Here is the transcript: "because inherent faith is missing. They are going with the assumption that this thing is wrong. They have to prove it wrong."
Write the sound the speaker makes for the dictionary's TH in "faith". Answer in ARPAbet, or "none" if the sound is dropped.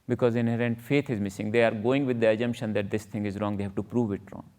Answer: T